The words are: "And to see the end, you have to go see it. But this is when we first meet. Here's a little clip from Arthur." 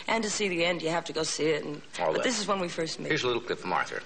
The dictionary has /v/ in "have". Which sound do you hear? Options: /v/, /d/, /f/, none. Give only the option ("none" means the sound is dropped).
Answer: /f/